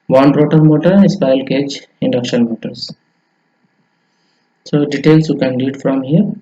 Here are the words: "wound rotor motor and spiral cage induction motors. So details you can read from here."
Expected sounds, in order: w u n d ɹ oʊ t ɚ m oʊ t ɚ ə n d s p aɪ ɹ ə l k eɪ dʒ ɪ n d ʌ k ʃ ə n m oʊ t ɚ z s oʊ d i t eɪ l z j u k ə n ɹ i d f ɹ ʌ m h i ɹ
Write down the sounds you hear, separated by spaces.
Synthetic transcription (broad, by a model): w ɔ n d ɹ oʊ t ɚ m oʊ t ɚ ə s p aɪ ə l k eɪ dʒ ɪ n d ʌ k ʃ ə n m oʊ t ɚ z s oʊ d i t eɪ l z j u k ə n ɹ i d f ɹ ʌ m h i ɹ